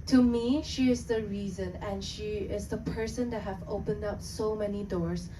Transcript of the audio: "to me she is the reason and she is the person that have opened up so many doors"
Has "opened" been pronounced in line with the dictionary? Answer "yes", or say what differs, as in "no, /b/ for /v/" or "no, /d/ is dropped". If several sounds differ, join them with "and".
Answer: yes